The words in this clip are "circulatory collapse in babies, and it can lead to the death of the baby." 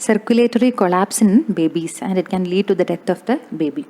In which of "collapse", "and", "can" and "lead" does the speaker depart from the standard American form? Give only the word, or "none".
none